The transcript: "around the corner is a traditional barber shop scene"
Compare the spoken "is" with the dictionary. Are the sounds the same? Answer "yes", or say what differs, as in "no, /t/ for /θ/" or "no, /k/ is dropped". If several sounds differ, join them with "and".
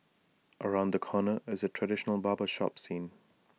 yes